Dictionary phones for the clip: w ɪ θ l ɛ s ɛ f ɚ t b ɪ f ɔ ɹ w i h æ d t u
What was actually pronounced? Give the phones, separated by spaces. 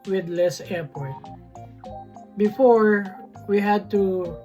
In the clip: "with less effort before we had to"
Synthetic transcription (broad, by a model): w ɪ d l ɛ s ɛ p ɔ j b ɪ f ɔ ɹ w i h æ d t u